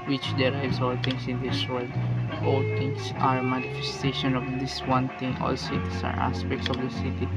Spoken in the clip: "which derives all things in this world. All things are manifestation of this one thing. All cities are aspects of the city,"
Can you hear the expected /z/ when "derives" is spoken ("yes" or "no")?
no